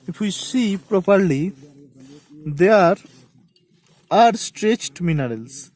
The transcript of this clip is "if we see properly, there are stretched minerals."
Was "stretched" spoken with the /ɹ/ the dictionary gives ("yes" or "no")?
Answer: yes